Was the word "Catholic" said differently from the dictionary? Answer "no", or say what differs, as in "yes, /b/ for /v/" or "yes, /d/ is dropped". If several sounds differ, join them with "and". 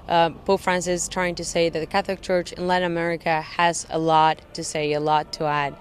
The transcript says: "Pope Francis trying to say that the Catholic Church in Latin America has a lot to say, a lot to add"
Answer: no